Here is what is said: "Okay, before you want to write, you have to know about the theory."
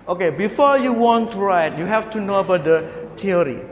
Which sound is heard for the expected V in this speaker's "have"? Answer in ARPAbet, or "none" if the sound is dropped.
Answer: F